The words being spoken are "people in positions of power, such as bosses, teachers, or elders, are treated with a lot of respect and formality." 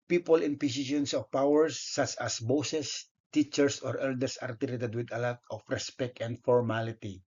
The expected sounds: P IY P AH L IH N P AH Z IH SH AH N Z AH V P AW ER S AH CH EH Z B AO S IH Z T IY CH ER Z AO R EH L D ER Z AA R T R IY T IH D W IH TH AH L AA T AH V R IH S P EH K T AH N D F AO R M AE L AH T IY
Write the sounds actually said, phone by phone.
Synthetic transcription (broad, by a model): P IY P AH L IH N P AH S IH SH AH N S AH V P AW ER S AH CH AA S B AO S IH S T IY CH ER S AO R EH L D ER S AA R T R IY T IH D W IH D AH L AA T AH F R IH S P EH K T AH N D F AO R M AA L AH T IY